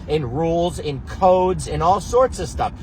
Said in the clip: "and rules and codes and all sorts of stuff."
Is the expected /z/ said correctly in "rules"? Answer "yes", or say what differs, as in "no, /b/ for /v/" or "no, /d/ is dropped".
yes